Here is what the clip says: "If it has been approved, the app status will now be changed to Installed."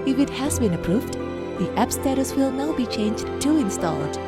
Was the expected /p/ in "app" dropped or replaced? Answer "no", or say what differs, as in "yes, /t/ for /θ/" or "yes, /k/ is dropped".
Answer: no